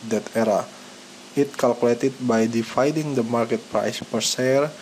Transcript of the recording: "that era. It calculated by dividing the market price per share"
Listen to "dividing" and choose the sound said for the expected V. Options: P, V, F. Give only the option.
F